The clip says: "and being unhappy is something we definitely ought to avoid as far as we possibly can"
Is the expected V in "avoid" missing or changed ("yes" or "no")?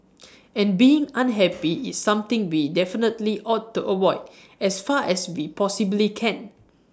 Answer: yes